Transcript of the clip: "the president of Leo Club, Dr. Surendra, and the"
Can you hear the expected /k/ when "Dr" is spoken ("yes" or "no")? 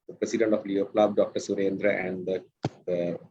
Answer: yes